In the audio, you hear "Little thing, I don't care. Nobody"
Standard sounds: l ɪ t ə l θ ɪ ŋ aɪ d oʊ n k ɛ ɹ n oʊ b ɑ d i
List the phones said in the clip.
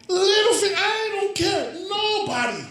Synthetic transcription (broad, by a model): l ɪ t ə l f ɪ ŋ aɪ d oʊ n k ɛ ɹ n oʊ b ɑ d i